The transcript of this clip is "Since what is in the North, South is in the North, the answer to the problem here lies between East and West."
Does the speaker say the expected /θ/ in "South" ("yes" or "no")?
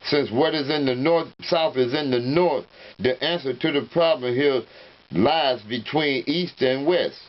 yes